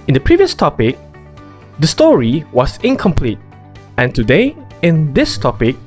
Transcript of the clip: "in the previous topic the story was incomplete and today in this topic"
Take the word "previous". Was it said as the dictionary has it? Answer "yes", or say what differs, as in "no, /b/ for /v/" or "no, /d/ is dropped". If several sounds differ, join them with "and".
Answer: yes